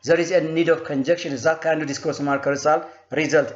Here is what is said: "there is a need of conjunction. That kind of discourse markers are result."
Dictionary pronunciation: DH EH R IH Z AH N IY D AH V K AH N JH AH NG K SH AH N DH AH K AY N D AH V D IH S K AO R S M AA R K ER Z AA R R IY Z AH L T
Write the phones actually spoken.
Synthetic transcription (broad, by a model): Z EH R IH Z AH N IY D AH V K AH N JH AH K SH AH N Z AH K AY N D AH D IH S K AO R S M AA R K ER S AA L R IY Z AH L T